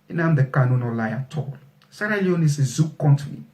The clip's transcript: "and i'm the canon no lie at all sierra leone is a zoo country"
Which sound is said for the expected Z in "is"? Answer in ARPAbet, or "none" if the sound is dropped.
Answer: S